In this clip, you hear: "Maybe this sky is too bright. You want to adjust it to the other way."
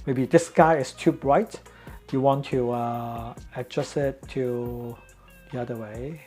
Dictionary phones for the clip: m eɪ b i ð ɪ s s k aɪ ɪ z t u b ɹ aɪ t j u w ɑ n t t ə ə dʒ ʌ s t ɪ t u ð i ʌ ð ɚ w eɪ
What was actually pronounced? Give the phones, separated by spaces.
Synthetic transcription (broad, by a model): m eɪ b i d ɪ s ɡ aɪ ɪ s t u b ɹ aɪ t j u w ɑ n t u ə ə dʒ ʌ s ɪ t u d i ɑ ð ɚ w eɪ